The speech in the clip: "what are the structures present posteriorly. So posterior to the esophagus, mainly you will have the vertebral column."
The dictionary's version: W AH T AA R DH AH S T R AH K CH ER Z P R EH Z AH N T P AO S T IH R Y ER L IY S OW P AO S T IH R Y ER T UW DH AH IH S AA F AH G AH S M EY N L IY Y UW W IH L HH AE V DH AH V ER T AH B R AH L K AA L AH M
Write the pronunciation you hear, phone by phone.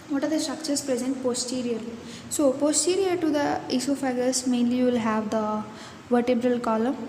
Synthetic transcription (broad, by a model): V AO T AA R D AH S T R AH K CH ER S P R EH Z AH N T P AO S T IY R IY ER L IY S OW P AO S T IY R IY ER T UW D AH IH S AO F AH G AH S M EY N L IY Y UW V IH L HH AE V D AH V ER T AH B R AH L K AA L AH M